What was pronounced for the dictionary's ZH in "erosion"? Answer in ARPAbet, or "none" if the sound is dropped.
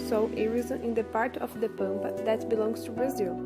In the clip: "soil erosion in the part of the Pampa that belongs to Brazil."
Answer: Z